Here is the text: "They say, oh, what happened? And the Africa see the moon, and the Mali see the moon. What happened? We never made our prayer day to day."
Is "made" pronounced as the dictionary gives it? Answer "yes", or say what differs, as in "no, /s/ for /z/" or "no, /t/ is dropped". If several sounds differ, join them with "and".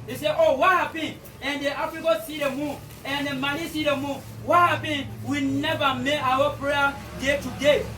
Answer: no, /d/ is dropped